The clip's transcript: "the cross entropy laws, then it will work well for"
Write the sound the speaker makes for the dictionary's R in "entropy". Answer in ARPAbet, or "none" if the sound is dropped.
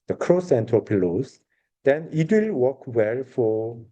none